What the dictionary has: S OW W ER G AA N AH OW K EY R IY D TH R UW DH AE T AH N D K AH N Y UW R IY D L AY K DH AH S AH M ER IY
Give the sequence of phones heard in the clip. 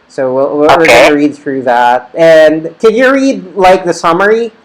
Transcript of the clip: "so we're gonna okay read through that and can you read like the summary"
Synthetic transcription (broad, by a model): S OW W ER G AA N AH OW R IY D TH R UW DH AE T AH N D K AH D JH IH R IY D L AY K DH AH S AH M ER IY